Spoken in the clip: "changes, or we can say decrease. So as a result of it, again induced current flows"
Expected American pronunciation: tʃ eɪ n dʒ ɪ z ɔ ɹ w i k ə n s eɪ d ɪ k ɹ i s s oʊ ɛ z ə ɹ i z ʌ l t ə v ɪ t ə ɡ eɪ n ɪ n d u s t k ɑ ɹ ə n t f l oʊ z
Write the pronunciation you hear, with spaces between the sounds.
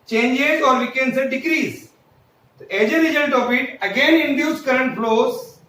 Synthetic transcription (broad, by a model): tʃ eɪ n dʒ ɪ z ɔ ɹ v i k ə n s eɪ d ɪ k ɹ i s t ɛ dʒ ə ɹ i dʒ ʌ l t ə p ɪ t ə ɡ eɪ n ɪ n d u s k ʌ ɹ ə n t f l oʊ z